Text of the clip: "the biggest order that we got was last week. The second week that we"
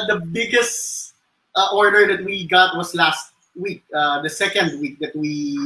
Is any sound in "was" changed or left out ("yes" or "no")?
yes